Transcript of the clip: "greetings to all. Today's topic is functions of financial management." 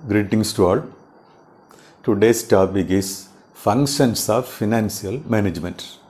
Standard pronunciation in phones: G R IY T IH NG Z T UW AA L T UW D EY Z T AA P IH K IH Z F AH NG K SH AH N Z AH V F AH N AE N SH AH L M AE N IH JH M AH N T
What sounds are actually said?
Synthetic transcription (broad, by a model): G R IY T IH NG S T UW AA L T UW D EY S T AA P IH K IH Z F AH NG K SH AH N S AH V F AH N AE N S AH L M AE N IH JH M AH N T